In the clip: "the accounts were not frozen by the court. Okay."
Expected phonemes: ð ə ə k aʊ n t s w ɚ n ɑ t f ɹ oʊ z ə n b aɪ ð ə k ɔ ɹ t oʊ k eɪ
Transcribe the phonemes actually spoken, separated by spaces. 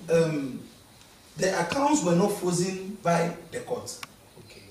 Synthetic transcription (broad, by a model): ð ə ə k aʊ n t s w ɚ n ɑ t f oʊ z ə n b aɪ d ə k ɔ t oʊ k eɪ